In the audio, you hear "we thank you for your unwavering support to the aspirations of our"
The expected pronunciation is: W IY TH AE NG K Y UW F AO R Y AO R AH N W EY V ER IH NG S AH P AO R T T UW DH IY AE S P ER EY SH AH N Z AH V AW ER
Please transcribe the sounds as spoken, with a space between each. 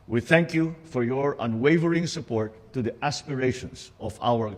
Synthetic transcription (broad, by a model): W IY TH AE NG K Y UW F AO R Y AO R AH N W EY V ER IH NG S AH P AO R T T UW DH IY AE S P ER EY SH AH N S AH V AW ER